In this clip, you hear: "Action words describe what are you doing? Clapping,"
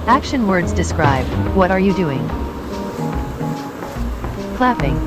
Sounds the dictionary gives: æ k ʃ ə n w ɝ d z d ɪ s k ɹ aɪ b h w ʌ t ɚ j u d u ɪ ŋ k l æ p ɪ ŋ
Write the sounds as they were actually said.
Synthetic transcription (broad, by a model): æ k ʃ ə n w ɝ d z d ɪ s k ɹ aɪ b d w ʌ t ɚ j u d u ɪ ŋ k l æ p ɪ ŋ